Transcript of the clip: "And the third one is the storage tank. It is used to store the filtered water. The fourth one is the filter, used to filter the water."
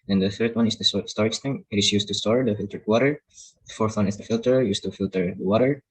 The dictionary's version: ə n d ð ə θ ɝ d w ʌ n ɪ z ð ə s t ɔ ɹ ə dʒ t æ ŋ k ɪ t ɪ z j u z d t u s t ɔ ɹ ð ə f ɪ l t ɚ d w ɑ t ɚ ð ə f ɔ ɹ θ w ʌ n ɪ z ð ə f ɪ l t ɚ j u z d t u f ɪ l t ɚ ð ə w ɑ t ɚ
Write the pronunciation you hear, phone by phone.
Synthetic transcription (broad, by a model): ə n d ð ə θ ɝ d w ʌ n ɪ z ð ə s t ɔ ɹ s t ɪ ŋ ɪ t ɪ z j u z t u s t ɔ ɹ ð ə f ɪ l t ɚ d w ɑ t ɚ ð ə f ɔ ɹ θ w ʌ n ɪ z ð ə f ɪ l t ɚ j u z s t u f ɪ l t ɚ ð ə w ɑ t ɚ